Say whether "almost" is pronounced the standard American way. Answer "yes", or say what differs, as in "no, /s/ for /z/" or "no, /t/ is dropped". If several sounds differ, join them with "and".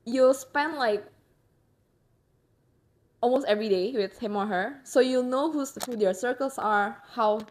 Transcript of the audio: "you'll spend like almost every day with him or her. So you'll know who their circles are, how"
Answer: yes